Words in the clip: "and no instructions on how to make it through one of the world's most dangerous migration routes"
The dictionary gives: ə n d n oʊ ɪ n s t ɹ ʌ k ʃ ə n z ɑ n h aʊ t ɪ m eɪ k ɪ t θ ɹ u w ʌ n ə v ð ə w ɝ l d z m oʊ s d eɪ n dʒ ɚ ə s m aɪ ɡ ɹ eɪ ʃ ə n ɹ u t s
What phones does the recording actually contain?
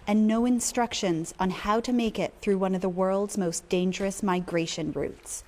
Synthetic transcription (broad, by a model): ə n n oʊ ɪ n s t ɹ ʌ k ʃ ə n z n h aʊ t ɪ m eɪ k ɪ t θ ɹ u w ʌ n ə v ð ə w ɝ l d z m oʊ s d eɪ n dʒ ɚ ə s m aɪ ɡ ɹ eɪ ʃ ə n ɹ u t s